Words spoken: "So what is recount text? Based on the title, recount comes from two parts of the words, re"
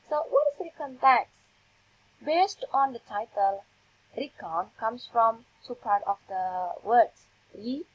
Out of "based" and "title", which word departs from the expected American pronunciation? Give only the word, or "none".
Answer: none